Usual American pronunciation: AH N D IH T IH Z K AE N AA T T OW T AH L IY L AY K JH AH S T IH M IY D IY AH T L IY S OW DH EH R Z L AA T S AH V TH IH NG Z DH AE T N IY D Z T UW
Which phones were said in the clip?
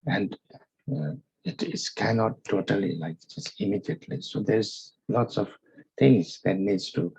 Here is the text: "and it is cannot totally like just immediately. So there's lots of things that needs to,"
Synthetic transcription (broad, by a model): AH N D IH T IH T K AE N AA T T OW T AH L IY L AY K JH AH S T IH M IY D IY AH T L IY S OW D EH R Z L AA T S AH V T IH NG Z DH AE T N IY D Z T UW